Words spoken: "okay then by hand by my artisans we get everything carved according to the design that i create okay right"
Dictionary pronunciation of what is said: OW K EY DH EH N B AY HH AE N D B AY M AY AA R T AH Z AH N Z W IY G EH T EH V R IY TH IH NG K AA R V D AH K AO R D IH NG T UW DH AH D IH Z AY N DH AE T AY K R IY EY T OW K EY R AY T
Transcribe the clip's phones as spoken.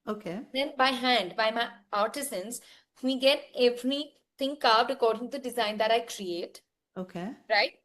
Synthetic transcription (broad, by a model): OW K EY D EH N B AY HH AE N D B AY M AY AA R T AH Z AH N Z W IY G EH T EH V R IY T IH NG K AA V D AH K AO R D IH NG T UW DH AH D IH Z AY N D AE T AY K R IY EY T OW K EY R AY T